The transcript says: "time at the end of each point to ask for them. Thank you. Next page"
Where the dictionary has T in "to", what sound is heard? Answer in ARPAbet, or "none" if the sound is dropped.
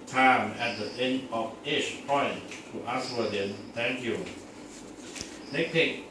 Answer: T